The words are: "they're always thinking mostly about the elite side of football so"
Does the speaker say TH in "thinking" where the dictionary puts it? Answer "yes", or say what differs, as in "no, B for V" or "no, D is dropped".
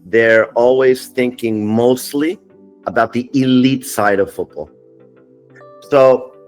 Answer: yes